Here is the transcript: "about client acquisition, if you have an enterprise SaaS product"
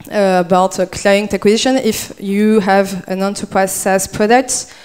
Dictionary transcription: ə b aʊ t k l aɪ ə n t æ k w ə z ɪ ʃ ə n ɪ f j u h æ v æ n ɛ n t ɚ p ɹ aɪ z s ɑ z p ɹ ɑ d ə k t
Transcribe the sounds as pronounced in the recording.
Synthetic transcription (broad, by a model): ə b aʊ t k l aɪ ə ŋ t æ k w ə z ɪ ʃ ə n ɪ f j u h æ v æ n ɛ n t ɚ p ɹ aɪ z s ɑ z p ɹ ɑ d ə k t